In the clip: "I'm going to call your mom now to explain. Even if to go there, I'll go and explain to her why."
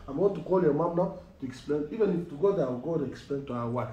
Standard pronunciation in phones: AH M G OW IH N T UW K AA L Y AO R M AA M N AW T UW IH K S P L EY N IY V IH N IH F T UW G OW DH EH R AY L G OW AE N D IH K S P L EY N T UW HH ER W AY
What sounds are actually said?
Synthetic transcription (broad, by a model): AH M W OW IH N T UW K AA L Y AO M AA M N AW T UW IH K S P L EY N IY V IH N IH F T UW G OW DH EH W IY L G OW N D IH K S P L EY N T UW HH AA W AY